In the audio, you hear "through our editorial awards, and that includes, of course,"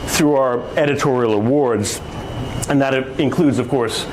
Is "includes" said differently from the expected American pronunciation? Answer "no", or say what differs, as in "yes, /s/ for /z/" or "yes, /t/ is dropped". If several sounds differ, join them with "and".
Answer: no